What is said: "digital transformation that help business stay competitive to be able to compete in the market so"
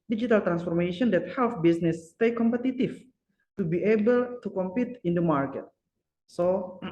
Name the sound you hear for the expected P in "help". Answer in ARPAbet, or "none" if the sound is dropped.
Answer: F